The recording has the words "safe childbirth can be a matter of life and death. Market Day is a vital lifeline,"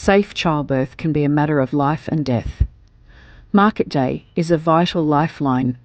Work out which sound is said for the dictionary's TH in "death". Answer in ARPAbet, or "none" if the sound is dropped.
TH